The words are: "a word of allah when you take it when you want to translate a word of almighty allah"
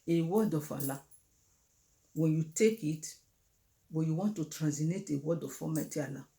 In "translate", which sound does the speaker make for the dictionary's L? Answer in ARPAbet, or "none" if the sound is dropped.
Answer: N